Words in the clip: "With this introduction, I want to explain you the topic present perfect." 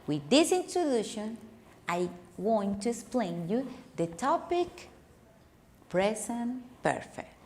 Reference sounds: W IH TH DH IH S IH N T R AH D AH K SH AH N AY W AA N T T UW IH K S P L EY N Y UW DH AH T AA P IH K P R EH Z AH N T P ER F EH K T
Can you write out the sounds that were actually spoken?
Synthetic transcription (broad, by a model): W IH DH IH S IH N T R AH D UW SH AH N AY W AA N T T UW IH K S P L EY N Y UW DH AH T AA P IH K P R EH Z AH N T P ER F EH K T